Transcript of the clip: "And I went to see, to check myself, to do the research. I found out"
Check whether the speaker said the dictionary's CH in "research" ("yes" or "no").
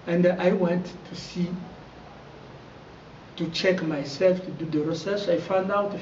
no